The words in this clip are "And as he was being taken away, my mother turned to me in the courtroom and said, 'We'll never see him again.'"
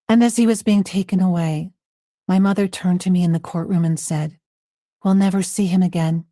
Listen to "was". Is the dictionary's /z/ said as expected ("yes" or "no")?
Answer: yes